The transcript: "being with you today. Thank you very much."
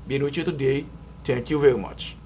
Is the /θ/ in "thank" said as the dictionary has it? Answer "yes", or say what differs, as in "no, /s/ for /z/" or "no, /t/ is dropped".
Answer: no, /t/ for /θ/